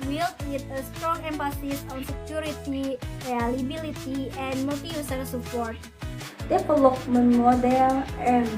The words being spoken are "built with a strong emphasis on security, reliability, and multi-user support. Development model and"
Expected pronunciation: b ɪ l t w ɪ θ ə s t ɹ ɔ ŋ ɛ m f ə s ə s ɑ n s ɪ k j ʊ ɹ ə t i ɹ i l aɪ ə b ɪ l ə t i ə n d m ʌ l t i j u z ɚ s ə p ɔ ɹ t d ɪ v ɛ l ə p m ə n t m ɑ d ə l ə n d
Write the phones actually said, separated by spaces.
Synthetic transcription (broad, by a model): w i l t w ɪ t ə s t ɹ ɔ ŋ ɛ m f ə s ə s ɑ n s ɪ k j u ɹ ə t i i l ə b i l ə t i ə n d m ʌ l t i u s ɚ s ə p ɔ ɹ t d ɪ p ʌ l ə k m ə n m ɑ d ə l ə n